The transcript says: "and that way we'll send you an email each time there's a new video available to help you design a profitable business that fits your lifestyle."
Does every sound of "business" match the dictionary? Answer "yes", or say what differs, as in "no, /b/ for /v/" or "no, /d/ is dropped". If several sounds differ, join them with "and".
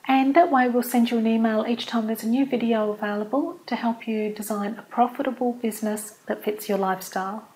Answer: yes